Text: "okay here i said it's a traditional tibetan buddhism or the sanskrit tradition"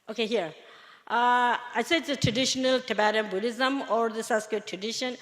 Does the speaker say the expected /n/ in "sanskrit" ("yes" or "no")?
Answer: no